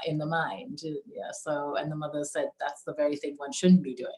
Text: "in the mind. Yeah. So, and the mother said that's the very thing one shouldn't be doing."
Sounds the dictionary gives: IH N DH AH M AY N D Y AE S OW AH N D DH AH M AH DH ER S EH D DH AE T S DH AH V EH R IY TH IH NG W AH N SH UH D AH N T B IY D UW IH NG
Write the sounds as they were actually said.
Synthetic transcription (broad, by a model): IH N DH AH M AY N D Y AE S OW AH N DH AH M AH DH ER S EH D DH AE T S DH AH V EH R IY TH IH NG W AH N SH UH D N B IY D UW IH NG